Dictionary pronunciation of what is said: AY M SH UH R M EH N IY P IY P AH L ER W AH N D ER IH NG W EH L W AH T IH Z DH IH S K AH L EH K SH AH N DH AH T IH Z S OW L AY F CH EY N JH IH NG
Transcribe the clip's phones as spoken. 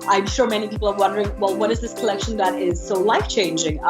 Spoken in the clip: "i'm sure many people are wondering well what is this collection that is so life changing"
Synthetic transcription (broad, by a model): AY M SH UH R M EH N IY P IY P L ER W AH N D ER IH NG W EH L W AH T IH Z DH IH S K AH L EH K SH AH N DH AH T IH Z S OW L AY F CH EY N JH IH NG